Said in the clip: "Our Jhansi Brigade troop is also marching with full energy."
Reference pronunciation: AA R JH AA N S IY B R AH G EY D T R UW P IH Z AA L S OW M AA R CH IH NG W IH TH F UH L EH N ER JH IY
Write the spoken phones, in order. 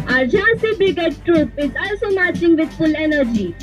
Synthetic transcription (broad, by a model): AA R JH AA S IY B AH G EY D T R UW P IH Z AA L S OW M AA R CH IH NG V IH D F UH L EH N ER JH IY